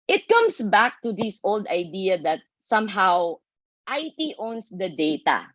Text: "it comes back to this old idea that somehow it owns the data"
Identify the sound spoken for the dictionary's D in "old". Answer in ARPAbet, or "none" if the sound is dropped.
D